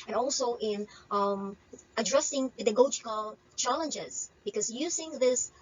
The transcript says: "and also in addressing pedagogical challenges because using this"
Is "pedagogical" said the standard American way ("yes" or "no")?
no